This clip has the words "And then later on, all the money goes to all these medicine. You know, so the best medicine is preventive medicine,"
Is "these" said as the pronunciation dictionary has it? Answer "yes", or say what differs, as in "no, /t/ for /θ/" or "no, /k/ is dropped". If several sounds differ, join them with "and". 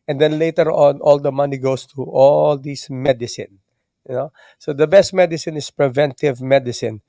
no, /s/ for /z/